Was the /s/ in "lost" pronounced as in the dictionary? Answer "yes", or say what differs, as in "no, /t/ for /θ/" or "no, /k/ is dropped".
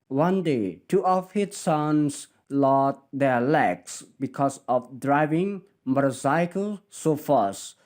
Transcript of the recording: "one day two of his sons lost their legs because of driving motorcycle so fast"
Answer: no, /s/ is dropped